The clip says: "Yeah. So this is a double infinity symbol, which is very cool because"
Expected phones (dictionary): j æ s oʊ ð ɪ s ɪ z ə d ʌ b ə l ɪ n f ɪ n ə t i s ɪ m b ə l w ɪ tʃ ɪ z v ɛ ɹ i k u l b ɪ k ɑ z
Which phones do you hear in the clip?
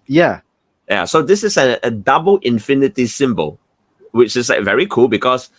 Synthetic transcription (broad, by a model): j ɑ s oʊ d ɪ s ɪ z ə d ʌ b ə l ɪ n f ɪ n ə t i s ɪ m b ə l w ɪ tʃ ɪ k v ɛ ɹ i k u l b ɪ k ɑ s